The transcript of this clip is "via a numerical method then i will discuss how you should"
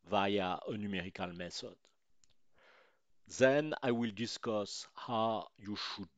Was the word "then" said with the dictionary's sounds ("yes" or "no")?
yes